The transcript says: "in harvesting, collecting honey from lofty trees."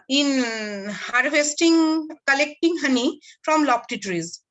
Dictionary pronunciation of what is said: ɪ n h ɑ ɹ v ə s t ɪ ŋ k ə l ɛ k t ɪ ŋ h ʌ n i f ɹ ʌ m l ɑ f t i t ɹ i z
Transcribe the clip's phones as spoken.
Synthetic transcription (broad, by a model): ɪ n h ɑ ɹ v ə s t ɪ ŋ k ə l ɛ k t ɪ ŋ h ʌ n i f ɹ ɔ m l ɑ p t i t ɹ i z